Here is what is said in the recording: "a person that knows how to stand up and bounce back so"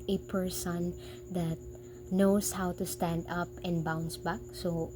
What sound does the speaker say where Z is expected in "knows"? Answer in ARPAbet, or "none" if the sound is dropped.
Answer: S